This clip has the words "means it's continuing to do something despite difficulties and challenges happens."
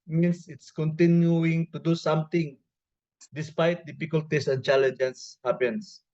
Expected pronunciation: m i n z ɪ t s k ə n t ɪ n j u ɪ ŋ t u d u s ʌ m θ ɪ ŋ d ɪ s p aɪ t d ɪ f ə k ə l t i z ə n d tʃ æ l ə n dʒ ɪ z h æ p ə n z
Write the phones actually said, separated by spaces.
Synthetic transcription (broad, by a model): m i n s ɪ t s k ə n t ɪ n j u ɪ ŋ t u d u s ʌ m t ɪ ŋ d ɪ s p aɪ t d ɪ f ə k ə l t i s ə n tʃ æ l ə n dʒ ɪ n h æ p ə n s